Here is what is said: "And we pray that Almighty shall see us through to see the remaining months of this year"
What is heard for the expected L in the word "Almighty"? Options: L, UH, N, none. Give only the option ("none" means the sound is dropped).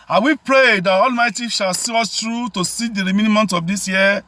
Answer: L